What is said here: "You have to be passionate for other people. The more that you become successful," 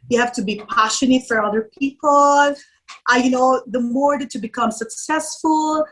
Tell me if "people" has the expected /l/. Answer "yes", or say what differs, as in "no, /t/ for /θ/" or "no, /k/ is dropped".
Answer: no, /n/ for /l/